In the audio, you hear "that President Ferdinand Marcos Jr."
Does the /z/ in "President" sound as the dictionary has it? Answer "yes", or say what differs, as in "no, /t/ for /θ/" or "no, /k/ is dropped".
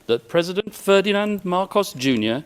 yes